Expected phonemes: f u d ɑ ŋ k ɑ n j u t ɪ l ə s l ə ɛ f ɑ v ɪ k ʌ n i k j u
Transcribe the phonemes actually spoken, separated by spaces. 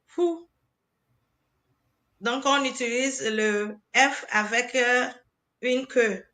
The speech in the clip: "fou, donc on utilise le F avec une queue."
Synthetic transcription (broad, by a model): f u d ɑ ŋ k ɑ n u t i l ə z l ə ɛ f ɑ v ɪ k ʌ n k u